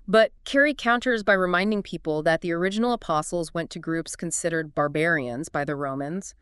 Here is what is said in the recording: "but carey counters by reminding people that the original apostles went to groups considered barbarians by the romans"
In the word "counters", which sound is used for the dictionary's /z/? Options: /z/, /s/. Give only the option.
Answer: /z/